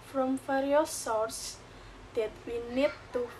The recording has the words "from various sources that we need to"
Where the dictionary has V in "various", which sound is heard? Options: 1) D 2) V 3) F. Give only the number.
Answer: 3